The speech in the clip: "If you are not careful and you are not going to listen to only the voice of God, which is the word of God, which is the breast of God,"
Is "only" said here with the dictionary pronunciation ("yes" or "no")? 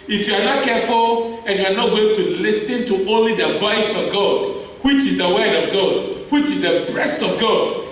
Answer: yes